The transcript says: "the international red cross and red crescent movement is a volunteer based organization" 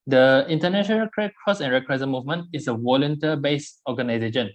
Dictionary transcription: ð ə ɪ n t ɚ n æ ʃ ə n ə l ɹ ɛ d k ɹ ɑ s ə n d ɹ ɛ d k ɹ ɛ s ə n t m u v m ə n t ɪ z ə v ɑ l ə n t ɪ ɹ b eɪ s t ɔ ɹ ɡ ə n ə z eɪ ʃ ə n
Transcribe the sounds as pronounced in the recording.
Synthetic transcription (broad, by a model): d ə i n t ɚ n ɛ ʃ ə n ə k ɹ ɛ k ɹ ɑ s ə n ɹ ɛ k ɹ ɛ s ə m u v m ə n t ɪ s ə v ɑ l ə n t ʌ b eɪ s ɔ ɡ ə n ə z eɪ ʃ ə n